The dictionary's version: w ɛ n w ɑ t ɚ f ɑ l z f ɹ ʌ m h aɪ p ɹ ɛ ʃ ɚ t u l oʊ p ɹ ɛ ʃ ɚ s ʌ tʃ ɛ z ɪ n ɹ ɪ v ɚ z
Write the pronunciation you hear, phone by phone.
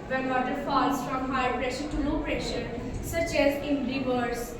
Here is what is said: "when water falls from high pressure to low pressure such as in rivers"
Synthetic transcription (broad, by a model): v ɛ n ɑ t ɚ f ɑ l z f ɹ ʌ m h aɪ p ɹ ɛ ʃ ɚ t u n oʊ p ɹ ɛ ʃ ɚ s ʌ tʃ ɛ z ɪ n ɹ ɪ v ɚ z